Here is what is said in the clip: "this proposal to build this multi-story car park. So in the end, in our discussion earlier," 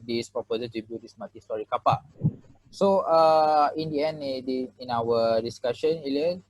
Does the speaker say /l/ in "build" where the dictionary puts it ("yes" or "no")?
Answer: no